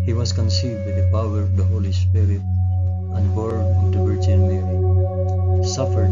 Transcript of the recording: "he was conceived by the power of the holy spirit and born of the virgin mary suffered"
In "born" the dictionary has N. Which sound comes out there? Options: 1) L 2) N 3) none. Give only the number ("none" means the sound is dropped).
3